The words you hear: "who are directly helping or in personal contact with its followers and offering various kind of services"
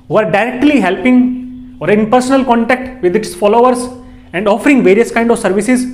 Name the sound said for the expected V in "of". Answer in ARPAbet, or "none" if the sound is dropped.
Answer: V